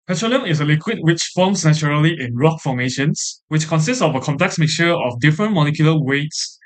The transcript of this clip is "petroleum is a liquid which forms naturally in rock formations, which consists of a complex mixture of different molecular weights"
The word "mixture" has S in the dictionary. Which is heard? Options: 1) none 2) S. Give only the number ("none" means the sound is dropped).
1